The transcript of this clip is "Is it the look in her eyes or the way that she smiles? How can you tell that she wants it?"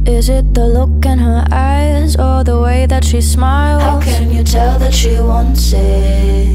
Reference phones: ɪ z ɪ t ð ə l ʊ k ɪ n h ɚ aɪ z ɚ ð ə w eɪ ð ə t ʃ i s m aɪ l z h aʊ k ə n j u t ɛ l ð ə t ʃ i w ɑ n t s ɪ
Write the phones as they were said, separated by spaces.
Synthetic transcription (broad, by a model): ɪ z ɪ t ð ə l ʊ k ɪ n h ɚ aɪ z ɚ ð ə w eɪ ð ə t ʃ i s m aɪ l h aʊ k ə n j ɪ t ɛ l ð ə t ʃ i w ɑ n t s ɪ